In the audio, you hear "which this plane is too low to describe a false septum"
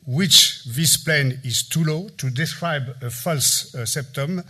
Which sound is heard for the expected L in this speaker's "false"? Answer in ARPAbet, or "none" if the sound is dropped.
L